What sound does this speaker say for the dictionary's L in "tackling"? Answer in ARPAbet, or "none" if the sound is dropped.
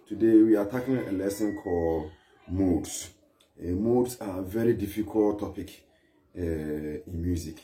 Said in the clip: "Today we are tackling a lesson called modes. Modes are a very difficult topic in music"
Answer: none